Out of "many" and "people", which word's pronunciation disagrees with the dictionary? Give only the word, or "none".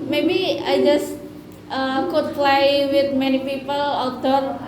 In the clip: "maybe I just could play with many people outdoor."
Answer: none